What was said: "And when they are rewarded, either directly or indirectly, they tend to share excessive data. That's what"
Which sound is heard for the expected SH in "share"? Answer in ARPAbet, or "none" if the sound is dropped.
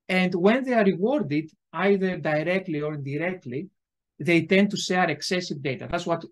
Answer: S